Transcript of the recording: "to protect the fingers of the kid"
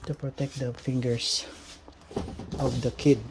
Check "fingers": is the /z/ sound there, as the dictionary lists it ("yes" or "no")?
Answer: no